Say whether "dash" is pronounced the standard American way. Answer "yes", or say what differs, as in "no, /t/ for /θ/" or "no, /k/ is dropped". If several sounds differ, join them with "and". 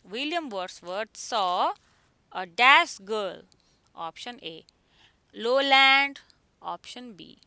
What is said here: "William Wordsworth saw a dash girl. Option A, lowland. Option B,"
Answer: no, /s/ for /ʃ/